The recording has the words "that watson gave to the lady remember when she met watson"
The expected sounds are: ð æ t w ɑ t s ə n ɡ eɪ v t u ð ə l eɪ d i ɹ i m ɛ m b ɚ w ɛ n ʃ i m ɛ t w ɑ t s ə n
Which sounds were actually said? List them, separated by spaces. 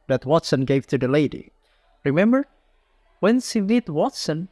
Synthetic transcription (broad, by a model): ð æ t w ɑ t s ə n ɡ eɪ v t u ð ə l eɪ d i ɹ i m ɛ m b ɚ w ɛ n s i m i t w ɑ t s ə n